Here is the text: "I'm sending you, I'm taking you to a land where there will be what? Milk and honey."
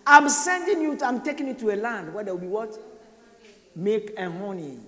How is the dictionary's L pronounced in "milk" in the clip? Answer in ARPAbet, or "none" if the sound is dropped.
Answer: none